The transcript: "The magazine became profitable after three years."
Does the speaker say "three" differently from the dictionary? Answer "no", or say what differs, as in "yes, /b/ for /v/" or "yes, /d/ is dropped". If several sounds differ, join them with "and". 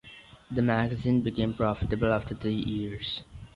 yes, /t/ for /θ/